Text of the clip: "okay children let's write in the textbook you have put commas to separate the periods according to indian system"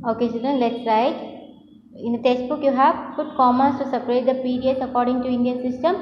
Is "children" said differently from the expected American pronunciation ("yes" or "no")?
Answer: yes